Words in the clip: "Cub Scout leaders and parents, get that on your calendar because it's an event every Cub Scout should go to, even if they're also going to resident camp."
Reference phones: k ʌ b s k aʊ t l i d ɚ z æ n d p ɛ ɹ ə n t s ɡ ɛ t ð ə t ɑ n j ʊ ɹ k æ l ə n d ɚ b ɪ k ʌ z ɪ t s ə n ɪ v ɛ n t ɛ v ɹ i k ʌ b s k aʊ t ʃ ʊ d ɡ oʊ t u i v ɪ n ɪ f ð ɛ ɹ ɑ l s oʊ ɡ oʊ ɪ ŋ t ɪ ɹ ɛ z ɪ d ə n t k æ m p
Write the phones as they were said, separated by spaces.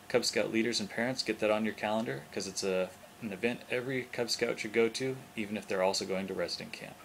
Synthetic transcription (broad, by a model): k ʌ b s k aʊ t l i d ɚ z n p ɛ ɹ ə n t s ɡ ɛ t ð ə t n j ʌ ɹ k æ l ə n d ɚ k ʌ z ɪ t s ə n ɪ v ɛ n t ɛ v ɹ i k ʌ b s k aʊ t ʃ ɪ d ɡ oʊ t u i v ɪ n ɪ f ð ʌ ɹ ɑ l s oʊ ɡ oʊ ɪ ŋ t ɪ ɹ ɛ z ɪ d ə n k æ m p